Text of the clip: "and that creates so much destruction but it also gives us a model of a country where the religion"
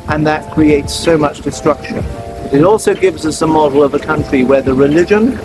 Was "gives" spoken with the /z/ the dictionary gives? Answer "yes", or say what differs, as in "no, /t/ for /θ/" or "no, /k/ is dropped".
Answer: yes